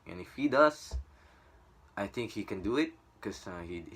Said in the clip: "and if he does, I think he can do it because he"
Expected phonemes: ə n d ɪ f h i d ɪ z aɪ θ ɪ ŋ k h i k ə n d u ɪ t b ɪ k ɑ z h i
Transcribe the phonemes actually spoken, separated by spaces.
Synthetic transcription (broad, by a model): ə n ɪ f h i d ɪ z aɪ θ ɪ ŋ k h i k ə n d u ɪ t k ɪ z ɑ h i